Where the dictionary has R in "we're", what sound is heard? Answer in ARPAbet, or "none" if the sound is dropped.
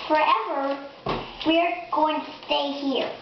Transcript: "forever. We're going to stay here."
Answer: R